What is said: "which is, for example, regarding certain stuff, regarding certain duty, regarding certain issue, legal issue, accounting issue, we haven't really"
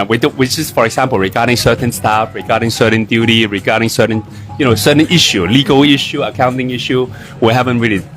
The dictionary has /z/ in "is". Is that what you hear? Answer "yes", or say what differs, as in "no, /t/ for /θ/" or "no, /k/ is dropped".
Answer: no, /s/ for /z/